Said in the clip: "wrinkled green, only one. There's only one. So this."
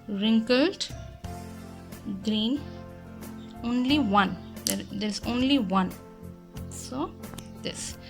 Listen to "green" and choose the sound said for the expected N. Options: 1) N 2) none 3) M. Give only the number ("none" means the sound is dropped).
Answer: 1